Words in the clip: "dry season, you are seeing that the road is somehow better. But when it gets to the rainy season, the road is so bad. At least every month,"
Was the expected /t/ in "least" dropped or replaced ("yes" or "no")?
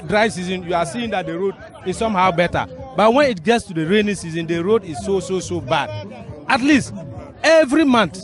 no